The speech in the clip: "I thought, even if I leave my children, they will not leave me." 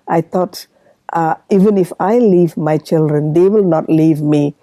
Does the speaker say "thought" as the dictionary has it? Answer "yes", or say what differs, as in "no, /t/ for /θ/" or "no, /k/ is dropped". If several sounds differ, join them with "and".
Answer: no, /t/ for /θ/